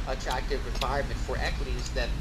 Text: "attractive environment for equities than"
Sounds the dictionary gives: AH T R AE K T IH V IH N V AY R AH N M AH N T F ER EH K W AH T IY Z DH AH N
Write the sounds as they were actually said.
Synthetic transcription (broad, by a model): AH T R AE K T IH V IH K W AY AH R M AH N T F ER EH K W AH T IY Z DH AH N